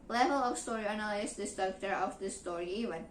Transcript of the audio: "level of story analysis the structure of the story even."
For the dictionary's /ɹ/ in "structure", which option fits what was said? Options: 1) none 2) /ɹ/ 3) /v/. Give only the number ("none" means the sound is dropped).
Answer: 1